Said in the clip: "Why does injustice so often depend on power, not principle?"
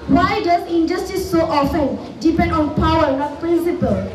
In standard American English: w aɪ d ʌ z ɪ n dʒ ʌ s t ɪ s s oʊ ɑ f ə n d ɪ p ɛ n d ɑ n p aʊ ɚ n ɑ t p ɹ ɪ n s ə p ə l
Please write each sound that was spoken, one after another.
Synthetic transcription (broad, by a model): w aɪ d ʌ s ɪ n dʒ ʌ s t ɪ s s oʊ ɑ f ə n d ɪ p ɛ n d ɑ n p aʊ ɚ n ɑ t p ɹ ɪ n s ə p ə l